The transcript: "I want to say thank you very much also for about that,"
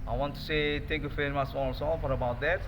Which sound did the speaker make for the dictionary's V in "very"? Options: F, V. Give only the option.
F